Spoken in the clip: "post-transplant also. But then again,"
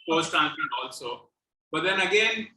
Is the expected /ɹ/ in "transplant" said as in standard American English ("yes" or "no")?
no